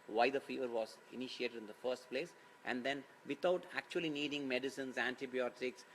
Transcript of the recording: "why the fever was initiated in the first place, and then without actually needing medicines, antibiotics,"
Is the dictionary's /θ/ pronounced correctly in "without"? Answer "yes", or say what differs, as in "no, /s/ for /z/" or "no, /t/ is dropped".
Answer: no, /t/ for /θ/